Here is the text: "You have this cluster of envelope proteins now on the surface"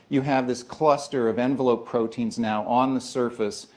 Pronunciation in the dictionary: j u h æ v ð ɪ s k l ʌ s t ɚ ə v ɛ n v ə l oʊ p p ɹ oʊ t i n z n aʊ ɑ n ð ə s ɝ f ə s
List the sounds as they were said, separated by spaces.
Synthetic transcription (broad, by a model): j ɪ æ v ð ɪ s k l ʌ s t ɚ ə v ɛ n v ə l oʊ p p ɹ oʊ t i n z n aʊ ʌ n ð ə s ɝ f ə s